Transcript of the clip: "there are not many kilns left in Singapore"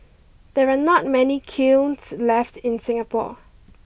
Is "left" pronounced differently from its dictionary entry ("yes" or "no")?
no